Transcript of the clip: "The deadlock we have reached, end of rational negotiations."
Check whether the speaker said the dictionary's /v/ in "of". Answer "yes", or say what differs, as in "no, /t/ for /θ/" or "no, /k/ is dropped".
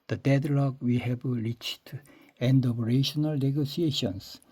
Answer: no, /p/ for /v/